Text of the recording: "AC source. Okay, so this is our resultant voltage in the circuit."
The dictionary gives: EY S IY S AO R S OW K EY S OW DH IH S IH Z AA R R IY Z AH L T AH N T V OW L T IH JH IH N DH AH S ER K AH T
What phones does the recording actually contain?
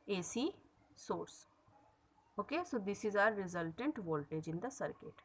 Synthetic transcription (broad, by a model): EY S IY S AO R S OW K EY S OW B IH S IH Z AA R R IY Z AH L T AH N T V OW L T IH JH IH N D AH S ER K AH T